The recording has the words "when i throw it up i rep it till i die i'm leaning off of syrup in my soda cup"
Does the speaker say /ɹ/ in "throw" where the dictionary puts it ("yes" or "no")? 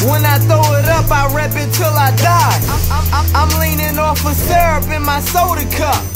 no